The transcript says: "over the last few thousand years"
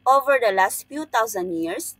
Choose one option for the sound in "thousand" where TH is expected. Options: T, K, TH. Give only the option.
T